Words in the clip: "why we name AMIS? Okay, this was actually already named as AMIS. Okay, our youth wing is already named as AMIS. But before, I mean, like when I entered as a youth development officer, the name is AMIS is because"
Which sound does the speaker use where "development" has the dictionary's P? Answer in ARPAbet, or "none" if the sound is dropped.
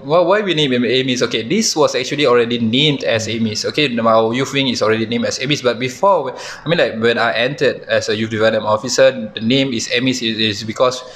none